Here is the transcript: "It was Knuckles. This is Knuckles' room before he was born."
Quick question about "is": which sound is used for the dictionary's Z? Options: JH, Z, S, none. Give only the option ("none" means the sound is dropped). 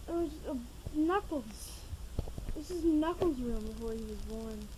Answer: S